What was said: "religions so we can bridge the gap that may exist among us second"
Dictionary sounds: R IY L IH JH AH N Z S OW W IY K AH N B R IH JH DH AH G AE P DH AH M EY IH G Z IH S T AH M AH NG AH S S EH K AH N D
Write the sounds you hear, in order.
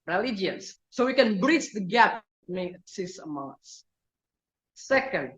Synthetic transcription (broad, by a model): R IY L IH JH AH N S OW W IY K AH N B R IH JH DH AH G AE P M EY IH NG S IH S AH M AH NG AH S S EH K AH N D